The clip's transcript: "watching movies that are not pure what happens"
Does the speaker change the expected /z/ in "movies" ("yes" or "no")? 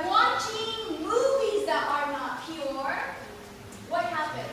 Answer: no